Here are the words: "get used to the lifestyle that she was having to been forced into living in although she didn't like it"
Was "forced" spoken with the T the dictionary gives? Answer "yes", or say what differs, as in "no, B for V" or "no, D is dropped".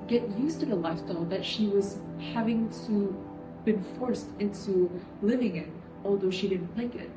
yes